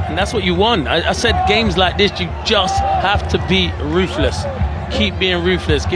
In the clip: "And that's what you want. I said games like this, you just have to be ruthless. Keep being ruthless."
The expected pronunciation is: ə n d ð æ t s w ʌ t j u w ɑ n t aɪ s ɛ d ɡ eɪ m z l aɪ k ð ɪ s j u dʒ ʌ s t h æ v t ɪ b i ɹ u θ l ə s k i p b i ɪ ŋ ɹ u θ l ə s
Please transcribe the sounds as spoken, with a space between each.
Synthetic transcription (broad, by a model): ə n ð æ t s w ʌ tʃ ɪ w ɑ n t aɪ s ɛ d ɡ eɪ m z l aɪ k ð ɪ s j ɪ dʒ ʌ s t h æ f t ɪ b i ɹ u θ l ə s k i p b i ɪ ŋ ɹ u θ l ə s